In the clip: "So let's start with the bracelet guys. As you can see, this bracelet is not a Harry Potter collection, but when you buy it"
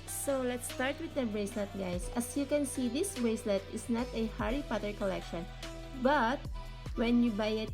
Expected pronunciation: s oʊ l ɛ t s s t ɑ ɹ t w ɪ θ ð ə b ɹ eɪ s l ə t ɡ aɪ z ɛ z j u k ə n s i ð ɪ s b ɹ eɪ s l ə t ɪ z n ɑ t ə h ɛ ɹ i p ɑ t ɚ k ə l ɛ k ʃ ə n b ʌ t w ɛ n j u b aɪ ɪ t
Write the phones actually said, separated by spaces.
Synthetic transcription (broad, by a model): s oʊ l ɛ t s s t ɑ ɹ t w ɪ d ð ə b ɹ eɪ s l ə t ɡ aɪ s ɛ s j u k ə n s i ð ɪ s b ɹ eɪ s l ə t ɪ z n ɑ t ə h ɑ ɹ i p ɑ t ɚ k ə l ɛ k ʃ ə n b ʌ t w ɛ n j u b aɪ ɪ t